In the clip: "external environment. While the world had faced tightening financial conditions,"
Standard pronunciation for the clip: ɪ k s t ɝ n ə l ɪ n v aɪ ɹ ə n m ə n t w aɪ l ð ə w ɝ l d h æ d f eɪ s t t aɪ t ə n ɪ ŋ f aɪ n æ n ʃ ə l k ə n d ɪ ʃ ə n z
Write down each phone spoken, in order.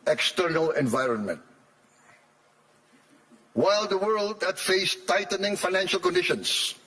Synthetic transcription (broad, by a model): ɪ k s t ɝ n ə l ɪ n v aɪ ɹ ə n m ə n t w aɪ l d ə w ɝ l d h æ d f eɪ s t t aɪ t ə n ɪ ŋ f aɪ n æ n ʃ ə l k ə n d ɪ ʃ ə n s